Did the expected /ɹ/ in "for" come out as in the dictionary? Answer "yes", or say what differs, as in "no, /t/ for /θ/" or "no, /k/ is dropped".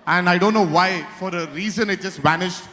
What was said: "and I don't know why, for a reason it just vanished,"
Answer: yes